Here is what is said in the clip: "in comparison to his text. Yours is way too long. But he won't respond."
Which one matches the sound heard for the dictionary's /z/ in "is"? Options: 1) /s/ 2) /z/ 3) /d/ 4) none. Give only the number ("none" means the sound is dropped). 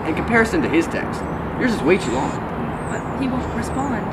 1